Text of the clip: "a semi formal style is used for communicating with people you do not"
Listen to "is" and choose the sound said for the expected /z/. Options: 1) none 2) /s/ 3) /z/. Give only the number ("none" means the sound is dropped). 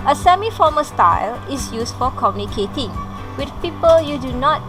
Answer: 2